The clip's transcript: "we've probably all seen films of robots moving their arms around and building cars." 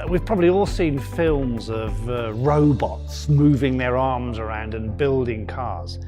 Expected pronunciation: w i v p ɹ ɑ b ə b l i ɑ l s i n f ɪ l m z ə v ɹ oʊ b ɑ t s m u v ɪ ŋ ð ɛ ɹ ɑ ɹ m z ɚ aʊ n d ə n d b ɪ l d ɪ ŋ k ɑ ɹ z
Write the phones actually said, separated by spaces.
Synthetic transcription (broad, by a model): w i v p ɹ ɑ b ə b l i ɑ l s i n f ɪ l m z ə v ɹ oʊ b ɑ t s m u v ɪ ŋ ð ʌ ɹ ɑ ɹ m z ɚ aʊ n d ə n b ɪ l d ɪ ŋ k ɑ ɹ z